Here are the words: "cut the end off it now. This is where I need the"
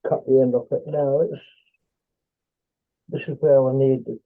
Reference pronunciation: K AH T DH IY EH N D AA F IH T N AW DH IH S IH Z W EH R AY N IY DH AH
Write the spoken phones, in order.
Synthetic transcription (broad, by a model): K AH T DH IY EH N D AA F IH T N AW DH IH S IH Z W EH W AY N IY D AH